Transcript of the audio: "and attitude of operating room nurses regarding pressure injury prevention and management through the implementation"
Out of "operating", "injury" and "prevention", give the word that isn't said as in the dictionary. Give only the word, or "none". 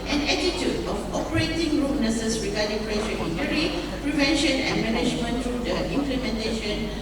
injury